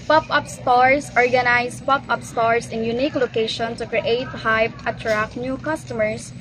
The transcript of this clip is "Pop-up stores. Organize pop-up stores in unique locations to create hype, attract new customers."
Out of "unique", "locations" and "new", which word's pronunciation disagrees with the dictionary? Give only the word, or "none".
locations